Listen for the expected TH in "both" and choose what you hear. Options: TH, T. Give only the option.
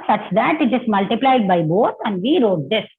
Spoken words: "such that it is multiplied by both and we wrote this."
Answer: T